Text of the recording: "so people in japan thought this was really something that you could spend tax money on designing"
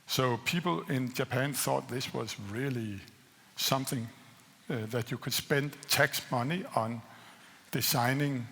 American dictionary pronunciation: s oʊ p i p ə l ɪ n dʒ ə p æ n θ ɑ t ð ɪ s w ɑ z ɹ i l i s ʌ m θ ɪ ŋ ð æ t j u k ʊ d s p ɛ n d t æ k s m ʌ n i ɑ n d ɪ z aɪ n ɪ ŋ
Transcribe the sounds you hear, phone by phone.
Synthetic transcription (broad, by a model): s oʊ p i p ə l ɪ n dʒ ə p æ n θ ɑ t ð ɪ s w ɑ z ɹ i l i s ʌ m θ ɪ ŋ ð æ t j u k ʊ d s p ɛ n d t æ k s m ʌ n i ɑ n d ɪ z aɪ n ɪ ŋ